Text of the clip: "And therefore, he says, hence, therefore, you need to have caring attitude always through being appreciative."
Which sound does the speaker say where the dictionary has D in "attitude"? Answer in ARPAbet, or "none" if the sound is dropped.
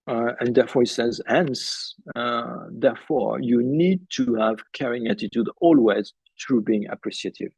D